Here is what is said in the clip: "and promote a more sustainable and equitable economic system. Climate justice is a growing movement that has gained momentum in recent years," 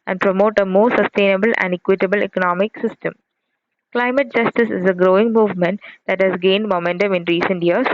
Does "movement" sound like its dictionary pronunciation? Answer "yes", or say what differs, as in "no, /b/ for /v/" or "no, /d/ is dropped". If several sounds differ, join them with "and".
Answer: yes